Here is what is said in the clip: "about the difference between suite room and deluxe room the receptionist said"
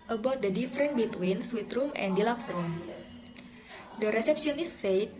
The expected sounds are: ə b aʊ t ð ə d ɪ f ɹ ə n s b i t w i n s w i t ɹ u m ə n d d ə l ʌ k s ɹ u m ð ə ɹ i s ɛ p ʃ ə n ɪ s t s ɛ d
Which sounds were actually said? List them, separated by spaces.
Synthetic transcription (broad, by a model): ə b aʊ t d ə d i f ɹ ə n b i t w i n s w i t ɹ u m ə n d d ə l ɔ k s ɹ u m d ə ɹ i s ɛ p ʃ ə n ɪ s s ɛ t